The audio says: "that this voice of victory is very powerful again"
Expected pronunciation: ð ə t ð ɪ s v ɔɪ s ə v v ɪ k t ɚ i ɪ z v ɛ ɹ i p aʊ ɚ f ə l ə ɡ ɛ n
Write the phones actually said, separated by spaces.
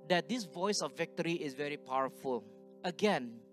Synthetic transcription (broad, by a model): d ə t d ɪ s v ɔɪ s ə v v ɪ k t ɚ i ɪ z v ɛ ɹ i p aʊ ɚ f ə l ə ɡ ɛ n